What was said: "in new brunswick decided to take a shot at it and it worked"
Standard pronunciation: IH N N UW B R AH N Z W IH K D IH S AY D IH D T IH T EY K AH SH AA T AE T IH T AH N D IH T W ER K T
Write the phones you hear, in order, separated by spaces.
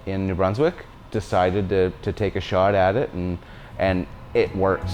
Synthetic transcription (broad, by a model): IH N N UW B R AH N Z W IH K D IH S AY D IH D T IH T EY K AH SH AA T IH T IH T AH N IH T W ER K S